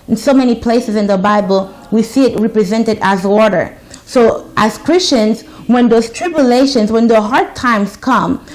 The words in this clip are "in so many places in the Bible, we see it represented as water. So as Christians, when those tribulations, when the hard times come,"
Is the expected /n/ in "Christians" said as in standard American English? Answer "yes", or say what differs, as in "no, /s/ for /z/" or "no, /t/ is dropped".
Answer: yes